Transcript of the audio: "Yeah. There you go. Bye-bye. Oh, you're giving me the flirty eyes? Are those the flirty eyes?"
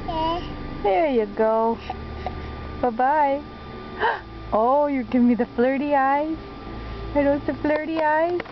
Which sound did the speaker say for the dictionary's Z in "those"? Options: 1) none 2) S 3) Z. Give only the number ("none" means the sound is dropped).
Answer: 2